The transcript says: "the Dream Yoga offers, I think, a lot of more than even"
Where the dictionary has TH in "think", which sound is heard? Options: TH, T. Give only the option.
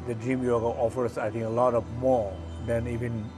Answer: T